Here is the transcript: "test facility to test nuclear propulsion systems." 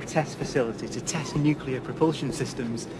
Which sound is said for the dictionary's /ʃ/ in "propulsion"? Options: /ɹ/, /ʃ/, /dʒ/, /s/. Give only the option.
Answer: /ʃ/